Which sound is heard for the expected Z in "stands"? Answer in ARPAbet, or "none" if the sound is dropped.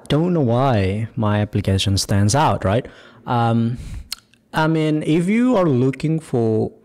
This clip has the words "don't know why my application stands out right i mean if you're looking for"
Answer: Z